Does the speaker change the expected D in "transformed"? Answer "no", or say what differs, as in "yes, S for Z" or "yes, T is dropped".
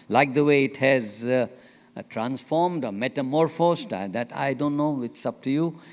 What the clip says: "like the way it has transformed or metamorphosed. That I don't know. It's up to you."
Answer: no